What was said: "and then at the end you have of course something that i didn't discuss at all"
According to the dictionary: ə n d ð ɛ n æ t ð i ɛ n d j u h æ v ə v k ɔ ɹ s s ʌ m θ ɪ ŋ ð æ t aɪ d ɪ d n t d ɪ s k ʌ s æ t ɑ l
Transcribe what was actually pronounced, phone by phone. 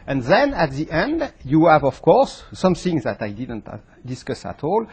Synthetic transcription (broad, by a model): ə n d ð ɛ n æ t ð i ɛ n d j u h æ v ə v k ɔ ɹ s s ʌ m θ ɪ ŋ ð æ t aɪ d ɪ d n t d ɪ s k ʌ s æ t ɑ l